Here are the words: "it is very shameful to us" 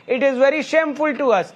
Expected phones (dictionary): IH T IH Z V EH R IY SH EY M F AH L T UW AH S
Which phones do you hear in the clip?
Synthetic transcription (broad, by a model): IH T IH Z V EH R IY SH EY M F AH L T UW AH S